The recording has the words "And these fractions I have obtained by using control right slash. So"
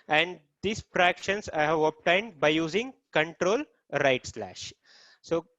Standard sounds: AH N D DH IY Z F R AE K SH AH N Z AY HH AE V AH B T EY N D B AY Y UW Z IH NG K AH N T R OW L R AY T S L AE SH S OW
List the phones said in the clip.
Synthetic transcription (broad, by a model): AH N D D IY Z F R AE K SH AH N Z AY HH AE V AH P T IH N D B AY Y UW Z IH NG K AH N T R OW L R AY T S L AE SH S OW